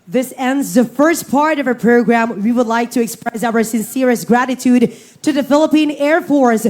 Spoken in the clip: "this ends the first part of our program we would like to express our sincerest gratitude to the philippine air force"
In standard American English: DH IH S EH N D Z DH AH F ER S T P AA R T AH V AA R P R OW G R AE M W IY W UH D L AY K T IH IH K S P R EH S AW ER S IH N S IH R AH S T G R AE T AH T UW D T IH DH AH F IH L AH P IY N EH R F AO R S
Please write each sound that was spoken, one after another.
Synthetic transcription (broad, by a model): DH IH S EH N D Z DH AH F ER S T P AA R T AH V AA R P R OW G R AE M W IY W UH D L AY K T IH IH K S P R EH S AW ER S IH N S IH R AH S G R AE T AH T UW D T IH DH AH F IH L AH P IY N EH R F AO R S